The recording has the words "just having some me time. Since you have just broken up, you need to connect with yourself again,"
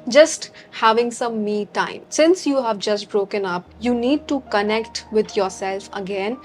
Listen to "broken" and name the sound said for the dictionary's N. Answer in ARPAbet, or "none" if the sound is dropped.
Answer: N